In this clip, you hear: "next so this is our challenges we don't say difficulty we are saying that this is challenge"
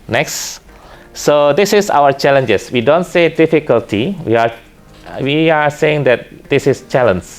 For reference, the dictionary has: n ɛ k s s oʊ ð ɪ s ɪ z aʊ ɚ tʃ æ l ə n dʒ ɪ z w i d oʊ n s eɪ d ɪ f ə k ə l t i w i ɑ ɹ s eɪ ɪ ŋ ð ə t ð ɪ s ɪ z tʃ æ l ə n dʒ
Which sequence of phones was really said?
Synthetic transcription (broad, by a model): n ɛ k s s oʊ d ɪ s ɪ s aʊ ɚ tʃ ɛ l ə n dʒ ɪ s w i d oʊ n s eɪ d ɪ f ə k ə l t i w i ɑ w s eɪ ɪ ŋ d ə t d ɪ s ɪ s tʃ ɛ l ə n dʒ